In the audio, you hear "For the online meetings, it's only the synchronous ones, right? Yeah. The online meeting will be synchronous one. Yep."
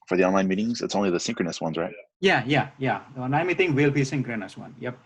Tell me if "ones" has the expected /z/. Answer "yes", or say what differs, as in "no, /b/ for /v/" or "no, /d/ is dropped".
yes